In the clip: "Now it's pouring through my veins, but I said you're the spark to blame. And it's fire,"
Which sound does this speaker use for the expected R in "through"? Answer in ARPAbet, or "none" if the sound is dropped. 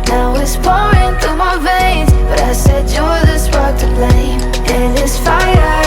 none